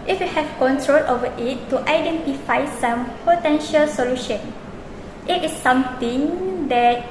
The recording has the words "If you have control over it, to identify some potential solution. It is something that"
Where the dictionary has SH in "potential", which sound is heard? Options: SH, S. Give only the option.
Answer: SH